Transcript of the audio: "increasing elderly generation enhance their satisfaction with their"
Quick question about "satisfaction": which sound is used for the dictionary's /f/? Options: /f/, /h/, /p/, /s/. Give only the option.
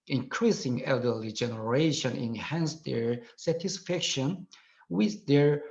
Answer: /f/